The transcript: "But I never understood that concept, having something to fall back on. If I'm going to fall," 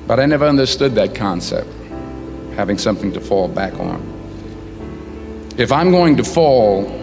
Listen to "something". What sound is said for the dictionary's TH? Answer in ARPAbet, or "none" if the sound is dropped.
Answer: TH